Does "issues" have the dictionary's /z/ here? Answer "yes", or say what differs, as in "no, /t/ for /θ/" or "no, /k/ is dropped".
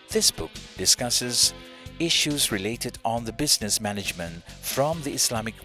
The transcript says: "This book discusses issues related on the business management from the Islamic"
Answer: yes